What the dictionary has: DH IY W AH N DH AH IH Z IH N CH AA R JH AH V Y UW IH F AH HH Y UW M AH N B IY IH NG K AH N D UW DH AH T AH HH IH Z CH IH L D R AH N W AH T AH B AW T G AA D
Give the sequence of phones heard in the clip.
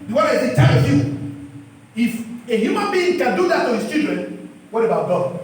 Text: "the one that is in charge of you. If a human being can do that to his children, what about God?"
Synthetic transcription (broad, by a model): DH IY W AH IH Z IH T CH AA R AH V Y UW IH F AH HH Y UW M AH N B IY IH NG K AH N D UW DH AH T AH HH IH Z CH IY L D R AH N W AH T AH B AW T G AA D